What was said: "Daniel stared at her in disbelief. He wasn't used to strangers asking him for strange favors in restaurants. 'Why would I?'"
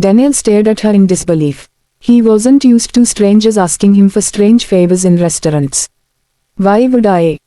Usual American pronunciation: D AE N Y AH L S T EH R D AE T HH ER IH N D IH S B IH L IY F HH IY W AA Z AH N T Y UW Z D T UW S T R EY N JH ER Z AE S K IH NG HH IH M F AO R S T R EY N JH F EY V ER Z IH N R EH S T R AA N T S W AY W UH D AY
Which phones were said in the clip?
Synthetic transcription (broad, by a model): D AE N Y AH L S T EH R D AE T HH ER IH N D IH S B IH L IY F HH IY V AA Z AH N T Y UW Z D T UW S T R EY N JH ER Z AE S K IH NG HH IH M F AO R S T R EY N JH F EY B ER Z IH N R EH S T R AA N T S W AY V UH D AY